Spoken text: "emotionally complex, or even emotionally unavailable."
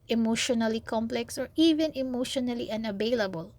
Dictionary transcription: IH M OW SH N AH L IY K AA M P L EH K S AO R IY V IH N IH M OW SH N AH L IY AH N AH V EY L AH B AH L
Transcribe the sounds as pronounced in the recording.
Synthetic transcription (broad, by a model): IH M OW SH N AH L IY K AA M P L EH K S AO R IY V IH N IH M OW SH N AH L IY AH N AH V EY L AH B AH L